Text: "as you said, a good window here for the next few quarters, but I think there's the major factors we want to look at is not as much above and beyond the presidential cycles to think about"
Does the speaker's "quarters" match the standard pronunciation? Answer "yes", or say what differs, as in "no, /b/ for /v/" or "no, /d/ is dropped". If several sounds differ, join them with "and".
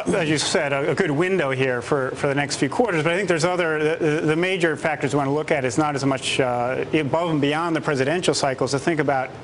yes